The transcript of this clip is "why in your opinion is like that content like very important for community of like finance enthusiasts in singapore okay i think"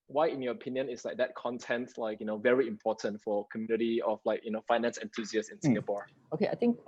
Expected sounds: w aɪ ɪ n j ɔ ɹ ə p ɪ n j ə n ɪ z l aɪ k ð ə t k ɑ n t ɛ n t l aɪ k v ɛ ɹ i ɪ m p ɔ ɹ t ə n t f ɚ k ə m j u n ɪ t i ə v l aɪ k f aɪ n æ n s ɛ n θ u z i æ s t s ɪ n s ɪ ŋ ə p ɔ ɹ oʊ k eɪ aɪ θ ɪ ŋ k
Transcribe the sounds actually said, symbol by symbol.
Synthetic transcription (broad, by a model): w aɪ ɪ n j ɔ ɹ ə p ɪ n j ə n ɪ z l aɪ k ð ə t k ɑ n t ɛ n t l aɪ k v ɛ ɹ i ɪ m p ɔ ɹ t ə n t f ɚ k ə m j u n ɪ t i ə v l aɪ k f aɪ n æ n s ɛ n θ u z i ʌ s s ɪ n s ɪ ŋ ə p ɔ ɹ oʊ k eɪ aɪ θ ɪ ŋ k